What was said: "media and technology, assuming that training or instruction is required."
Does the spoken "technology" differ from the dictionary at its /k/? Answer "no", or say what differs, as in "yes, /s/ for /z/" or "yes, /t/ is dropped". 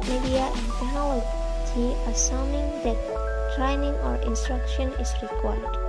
yes, /k/ is dropped